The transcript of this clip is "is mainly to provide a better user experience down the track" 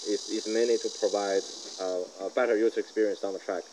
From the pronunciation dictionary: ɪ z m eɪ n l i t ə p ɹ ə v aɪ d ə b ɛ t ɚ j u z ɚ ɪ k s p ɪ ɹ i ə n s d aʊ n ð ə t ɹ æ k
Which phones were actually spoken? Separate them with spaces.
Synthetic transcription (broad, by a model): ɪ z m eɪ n i t ə p ɹ ə v aɪ d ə b ɛ t ɚ j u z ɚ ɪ k s p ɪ ɹ i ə n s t n ð ə t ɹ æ k